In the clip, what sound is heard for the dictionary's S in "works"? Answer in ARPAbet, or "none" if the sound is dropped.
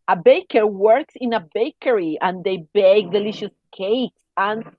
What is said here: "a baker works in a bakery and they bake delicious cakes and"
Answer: S